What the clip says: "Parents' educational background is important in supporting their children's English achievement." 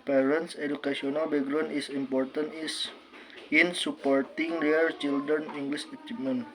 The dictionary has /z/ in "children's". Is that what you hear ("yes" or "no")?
no